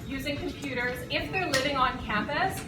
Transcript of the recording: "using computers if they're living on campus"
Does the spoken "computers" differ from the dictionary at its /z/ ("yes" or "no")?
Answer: no